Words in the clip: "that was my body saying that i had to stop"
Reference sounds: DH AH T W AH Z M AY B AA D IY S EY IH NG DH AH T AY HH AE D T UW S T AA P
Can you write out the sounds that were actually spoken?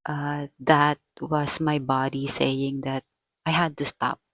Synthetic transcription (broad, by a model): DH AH T W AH S M AY B AA D IY S EY IH NG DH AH T AY HH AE D T UW S T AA P